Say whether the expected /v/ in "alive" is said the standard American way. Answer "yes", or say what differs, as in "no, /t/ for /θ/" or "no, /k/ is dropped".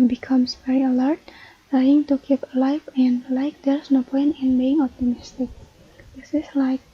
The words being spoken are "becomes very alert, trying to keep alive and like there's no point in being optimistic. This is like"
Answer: no, /f/ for /v/